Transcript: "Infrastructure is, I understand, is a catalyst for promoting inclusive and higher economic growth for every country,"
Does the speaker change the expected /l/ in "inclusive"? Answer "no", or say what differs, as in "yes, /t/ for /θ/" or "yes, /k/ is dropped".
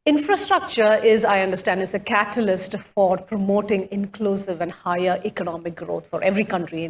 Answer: no